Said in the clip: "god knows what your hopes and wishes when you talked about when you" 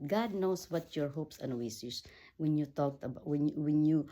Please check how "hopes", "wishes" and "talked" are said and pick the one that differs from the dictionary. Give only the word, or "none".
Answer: wishes